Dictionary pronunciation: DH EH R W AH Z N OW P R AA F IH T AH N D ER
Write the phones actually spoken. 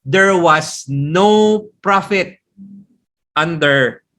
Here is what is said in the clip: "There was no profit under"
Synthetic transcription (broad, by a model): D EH R W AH S N OW P R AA F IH T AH N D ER